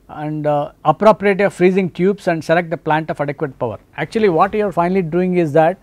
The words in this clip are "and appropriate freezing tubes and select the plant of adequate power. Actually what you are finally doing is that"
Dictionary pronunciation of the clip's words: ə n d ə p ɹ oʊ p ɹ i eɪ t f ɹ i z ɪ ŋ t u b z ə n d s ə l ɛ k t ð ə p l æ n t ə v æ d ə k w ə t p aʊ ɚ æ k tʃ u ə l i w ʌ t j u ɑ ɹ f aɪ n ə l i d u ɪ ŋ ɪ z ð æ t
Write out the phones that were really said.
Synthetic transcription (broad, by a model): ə n d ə p ɹ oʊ p ɹ i eɪ t f ɹ i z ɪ ŋ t u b s ə n d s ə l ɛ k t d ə p l æ n t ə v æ d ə k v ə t p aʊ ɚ æ k tʃ u ə l i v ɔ t j u ɑ ɹ f aɪ n ə l i d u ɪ ŋ ɪ z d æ t